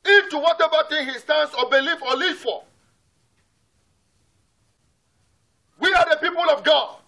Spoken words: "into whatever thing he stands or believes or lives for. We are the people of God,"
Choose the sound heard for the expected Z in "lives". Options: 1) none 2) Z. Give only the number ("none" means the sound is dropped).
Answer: 1